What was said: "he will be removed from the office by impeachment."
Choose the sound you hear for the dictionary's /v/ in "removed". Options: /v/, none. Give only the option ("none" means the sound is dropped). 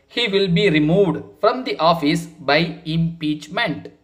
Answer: /v/